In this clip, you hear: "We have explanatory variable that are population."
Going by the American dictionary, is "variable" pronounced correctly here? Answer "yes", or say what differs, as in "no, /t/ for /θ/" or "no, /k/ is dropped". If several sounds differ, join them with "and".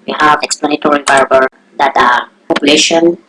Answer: no, /b/ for /v/